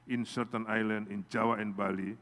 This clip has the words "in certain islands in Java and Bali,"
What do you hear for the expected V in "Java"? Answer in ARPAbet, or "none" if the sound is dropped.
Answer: W